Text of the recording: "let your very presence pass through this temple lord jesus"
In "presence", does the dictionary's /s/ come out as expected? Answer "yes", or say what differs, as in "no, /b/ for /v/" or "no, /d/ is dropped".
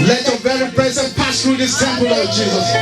no, /s/ is dropped